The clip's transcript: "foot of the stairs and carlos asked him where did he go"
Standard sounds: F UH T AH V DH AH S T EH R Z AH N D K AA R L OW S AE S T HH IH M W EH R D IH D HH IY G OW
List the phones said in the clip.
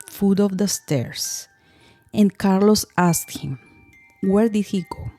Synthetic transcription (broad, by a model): F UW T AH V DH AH S T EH R S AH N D K AA R L OW S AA S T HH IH M W EH R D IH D HH IY G OW